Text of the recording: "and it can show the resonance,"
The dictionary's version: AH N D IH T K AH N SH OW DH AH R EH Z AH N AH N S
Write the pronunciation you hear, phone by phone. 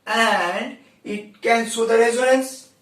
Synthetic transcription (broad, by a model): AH N D IH T K AH N S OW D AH R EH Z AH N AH N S